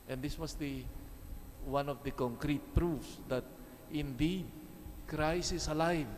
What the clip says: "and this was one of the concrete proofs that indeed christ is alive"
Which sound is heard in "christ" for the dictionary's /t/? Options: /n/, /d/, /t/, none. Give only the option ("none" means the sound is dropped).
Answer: none